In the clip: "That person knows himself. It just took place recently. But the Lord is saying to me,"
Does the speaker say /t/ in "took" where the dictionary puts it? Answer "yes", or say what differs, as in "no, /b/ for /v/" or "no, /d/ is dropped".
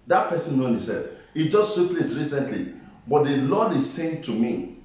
no, /s/ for /t/